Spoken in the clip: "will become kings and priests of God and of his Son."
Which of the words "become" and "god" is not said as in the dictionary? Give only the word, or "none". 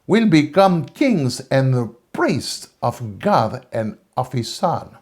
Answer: none